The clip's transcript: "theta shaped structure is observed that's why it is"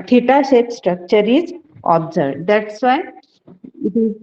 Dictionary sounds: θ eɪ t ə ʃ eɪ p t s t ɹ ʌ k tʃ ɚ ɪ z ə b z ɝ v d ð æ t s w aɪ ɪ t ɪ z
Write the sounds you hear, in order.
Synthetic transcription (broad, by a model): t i t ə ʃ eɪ t s t ɹ ʌ k tʃ ɚ ɪ z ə b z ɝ b d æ t s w aɪ ɪ t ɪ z